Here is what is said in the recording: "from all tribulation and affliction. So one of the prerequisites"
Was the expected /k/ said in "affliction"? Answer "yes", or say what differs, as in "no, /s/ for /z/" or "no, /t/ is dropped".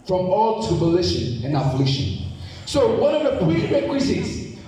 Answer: no, /k/ is dropped